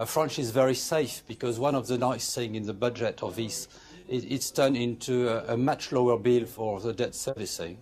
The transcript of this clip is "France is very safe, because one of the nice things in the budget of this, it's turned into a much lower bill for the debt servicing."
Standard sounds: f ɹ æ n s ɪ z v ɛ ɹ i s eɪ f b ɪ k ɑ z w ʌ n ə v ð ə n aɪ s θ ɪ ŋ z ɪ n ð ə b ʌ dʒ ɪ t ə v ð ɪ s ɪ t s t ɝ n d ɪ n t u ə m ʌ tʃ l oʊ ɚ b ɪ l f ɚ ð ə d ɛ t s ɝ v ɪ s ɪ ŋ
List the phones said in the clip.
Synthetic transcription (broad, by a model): f ɹ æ n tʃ ɪ z v ɛ ɹ i s eɪ f b ɪ k ɑ z w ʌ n ə v ð ə n aɪ s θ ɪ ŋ ɪ n ð ə b ʌ dʒ ɪ t ə v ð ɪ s ɪ t s t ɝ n ɪ n t u ə m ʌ tʃ l oʊ ɚ b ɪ l f ɚ ð ə d ɛ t s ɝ v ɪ s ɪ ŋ